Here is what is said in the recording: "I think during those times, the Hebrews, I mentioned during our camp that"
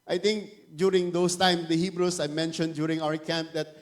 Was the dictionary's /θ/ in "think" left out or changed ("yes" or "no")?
yes